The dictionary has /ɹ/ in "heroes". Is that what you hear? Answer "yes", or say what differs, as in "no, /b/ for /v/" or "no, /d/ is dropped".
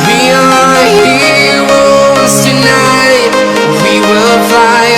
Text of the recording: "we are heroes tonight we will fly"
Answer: no, /w/ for /ɹ/